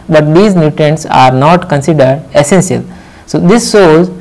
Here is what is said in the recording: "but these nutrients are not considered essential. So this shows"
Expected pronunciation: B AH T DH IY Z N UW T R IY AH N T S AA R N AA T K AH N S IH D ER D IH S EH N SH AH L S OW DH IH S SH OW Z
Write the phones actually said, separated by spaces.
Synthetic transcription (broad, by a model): B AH T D IY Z N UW T IY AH N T S AA R N AA T K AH N S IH D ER D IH S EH N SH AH L S OW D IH S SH OW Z